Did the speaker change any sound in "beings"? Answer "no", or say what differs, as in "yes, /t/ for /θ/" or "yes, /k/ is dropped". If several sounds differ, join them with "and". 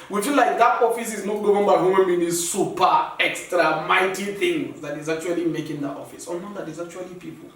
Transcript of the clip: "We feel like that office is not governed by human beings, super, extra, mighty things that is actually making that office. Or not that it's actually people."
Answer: yes, /ŋ/ is dropped